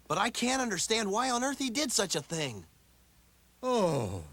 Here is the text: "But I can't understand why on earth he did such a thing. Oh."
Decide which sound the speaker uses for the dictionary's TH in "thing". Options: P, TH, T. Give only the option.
TH